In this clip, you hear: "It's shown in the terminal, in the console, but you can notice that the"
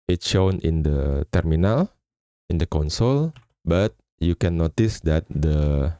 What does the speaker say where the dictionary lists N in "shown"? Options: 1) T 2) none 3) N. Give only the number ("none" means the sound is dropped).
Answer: 3